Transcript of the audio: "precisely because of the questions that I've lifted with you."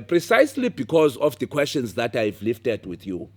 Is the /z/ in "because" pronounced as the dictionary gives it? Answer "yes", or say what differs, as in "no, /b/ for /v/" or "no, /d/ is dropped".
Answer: yes